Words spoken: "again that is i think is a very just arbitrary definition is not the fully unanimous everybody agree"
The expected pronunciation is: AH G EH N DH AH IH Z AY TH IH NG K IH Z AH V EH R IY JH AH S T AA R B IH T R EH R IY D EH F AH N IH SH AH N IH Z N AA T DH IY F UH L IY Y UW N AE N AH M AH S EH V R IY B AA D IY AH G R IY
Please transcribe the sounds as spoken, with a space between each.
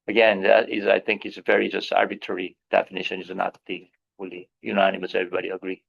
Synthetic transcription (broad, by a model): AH G EH N DH AH IH Z AY TH IH NG K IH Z AH V EH R IY JH AH S T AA R B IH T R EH R IY D EH F AH N IH SH AH N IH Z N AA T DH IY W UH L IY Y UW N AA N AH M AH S EH V R IY B AA D IY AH G R IY